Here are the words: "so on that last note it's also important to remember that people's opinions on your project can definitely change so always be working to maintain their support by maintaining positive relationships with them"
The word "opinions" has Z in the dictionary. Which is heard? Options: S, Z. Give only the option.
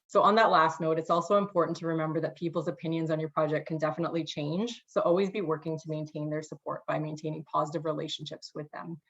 Z